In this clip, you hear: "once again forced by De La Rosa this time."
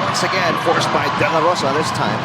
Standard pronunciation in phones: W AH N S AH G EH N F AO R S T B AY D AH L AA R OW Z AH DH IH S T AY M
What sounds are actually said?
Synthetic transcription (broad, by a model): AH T S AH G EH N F AO R S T B AY D AH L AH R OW S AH DH IH S T AY M